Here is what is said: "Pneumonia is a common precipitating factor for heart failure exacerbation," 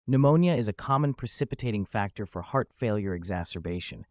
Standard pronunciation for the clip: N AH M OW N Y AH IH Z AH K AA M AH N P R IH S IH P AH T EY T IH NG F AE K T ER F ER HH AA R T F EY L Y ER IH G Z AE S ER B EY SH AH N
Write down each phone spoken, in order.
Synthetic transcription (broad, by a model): N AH M OW N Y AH IH Z AH K AA M AH N P R IH S IH P AH T EY T IH NG F AE K T ER F ER HH AA R T F EY L Y ER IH G Z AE S ER B EY SH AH N